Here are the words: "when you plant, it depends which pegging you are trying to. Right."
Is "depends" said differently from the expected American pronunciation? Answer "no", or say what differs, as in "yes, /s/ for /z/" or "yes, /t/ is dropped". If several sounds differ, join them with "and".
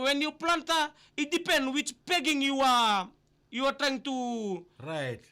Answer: yes, /z/ is dropped